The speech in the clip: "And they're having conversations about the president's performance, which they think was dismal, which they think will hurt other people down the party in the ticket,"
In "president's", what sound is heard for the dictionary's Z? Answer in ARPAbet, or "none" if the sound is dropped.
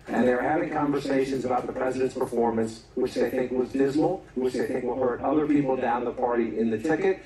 Z